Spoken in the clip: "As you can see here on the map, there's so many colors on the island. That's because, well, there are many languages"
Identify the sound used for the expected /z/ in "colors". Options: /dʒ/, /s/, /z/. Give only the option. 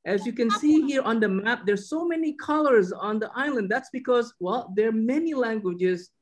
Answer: /z/